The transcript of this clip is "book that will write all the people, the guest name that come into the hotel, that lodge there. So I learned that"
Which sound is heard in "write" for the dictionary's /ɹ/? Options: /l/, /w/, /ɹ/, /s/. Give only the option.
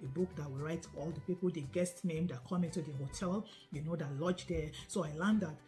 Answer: /ɹ/